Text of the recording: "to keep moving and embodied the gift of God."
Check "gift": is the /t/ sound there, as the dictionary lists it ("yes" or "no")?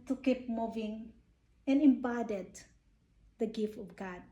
yes